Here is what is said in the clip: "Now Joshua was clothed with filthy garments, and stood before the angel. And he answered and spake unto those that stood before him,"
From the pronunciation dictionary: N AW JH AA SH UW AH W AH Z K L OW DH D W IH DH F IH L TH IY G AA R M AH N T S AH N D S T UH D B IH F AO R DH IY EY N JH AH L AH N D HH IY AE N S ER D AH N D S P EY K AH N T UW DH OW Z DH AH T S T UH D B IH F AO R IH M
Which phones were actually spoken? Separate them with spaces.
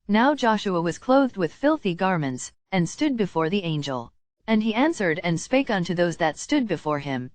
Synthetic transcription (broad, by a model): N AW JH AA SH UW AH W AH Z K L OW DH D W IH DH F IH L TH IY G AA R M AH N T S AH N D S T UH D B IH F AO R DH IY EY N JH AH L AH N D IY AE N S ER D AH N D S P EY K AH N T UW DH OW Z DH AH T S T UH D B IH F AO R IH M